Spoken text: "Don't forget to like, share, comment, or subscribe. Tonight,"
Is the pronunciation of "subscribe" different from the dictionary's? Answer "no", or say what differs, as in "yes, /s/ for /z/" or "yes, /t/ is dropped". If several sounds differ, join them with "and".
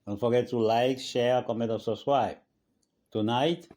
yes, /b/ is dropped and /w/ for /ɹ/